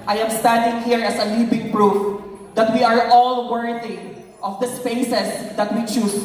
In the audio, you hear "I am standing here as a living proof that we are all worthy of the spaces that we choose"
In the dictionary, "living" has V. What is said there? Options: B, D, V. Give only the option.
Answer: B